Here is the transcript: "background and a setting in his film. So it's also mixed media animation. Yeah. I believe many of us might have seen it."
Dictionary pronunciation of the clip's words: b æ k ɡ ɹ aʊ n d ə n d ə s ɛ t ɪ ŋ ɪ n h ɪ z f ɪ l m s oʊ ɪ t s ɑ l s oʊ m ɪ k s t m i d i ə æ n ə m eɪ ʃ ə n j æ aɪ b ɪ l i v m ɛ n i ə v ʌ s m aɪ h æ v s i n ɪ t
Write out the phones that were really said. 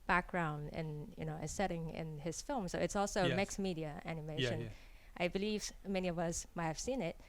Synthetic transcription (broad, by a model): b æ k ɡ ɹ aʊ n d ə n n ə s ɛ t ɪ ŋ ɪ n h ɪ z f ɪ l m s oʊ ɪ t s ɑ l s oʊ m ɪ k s m i d i ə æ n ə m eɪ ʃ ə n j aɪ b ɪ l i v m ɛ n i ə v ʌ s m aɪ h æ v s i n ɪ t